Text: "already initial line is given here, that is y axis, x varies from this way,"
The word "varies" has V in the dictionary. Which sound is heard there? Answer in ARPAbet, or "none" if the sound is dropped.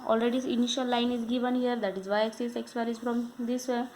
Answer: P